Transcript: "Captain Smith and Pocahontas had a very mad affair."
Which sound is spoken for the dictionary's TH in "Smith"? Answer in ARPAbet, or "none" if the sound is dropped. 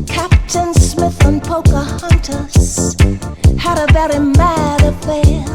TH